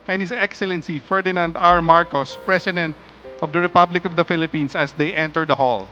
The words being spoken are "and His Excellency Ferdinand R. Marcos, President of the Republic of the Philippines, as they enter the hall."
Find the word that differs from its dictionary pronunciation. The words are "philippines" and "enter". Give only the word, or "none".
philippines